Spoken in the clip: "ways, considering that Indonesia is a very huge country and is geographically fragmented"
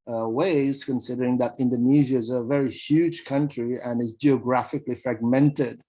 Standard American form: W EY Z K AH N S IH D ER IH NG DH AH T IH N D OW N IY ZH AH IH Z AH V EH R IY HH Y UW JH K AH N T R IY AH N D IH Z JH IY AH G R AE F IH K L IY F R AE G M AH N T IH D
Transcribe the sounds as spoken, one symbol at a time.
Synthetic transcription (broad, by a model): W EY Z K AH N S IH D ER IH NG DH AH T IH N D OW N IY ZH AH IH Z AH V EH R IY HH Y UW JH K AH N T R IY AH N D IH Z JH IY AH G R AE F IH K L IY F R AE G M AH N T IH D